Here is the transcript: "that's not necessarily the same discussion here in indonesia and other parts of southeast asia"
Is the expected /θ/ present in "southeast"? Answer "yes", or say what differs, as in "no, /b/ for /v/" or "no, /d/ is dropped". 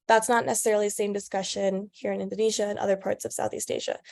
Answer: yes